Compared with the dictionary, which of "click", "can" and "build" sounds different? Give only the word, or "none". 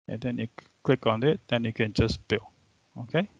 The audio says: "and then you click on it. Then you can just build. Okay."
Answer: build